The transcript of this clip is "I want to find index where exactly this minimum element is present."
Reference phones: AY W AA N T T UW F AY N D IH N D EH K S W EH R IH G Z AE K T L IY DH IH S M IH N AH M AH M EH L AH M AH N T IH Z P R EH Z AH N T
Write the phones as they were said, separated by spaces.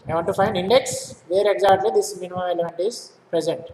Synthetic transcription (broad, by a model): AY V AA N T T UW F AY N D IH N D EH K S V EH R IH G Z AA T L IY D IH S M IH N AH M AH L EH L AH M AH N T IH Z P R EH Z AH N T